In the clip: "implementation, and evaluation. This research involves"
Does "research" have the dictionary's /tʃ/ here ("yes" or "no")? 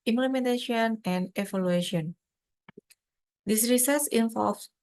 no